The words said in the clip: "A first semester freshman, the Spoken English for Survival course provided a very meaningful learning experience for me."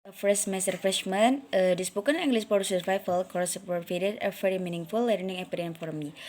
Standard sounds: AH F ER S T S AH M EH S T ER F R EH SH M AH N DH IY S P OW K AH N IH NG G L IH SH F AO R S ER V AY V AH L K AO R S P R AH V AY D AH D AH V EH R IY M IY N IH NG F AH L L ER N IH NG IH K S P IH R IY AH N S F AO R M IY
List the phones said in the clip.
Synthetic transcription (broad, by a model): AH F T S M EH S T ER F R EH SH M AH N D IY S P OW K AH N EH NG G L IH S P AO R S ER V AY F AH L K AO R S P AH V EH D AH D AH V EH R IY M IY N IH NG F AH L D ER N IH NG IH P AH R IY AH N F AO R M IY